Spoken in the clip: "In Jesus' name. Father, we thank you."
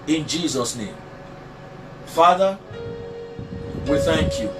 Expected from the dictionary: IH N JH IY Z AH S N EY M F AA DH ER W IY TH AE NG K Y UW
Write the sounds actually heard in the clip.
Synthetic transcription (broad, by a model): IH N JH IY Z AH S N EY M F AA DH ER W IY TH AE NG K Y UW